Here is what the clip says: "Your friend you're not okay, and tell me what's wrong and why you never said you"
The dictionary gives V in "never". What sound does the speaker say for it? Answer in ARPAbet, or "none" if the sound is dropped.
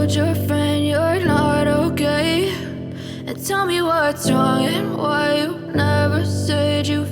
V